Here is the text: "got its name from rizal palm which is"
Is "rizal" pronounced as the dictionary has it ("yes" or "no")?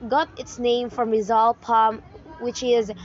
yes